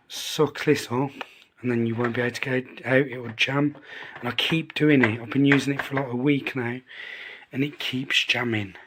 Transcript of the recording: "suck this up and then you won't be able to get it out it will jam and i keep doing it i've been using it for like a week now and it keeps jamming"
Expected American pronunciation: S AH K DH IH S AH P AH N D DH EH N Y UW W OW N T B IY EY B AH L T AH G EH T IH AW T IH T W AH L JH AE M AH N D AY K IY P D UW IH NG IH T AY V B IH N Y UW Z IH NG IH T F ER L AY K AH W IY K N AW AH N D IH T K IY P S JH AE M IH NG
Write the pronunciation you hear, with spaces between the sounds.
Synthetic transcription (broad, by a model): S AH K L IH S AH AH N DH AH N Y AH W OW N B IY EY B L T AH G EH IH AW T IH T W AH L JH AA M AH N AY K IY P D UW IH NG IH T AY V B IH N Y UW Z IH NG IH T F ER L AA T AH W IY K N AW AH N IH T K IY P S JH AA M IH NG